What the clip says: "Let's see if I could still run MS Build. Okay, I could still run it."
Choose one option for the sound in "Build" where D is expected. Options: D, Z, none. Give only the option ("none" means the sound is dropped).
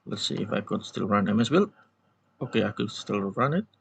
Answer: none